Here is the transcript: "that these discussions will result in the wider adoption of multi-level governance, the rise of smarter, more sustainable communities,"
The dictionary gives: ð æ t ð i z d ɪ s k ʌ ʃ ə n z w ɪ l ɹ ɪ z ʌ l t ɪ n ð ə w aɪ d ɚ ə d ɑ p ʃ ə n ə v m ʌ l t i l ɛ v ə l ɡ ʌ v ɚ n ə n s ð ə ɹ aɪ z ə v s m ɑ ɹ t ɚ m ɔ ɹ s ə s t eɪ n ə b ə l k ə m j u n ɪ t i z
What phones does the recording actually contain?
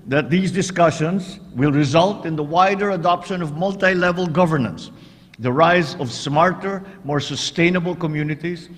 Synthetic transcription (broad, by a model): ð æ t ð i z d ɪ s k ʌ ʃ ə n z w ɪ l ɹ ɪ z ʌ l t ɪ n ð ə w aɪ d ɚ ə d ɑ p ʃ ə n ə v m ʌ l t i l ɛ v ə l ɡ ʌ v ɚ n ə n s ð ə ɹ aɪ z ə v s m ɑ ɹ t ɚ m ɔ ɹ s ə s t eɪ n ə b ə l k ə m j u n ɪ t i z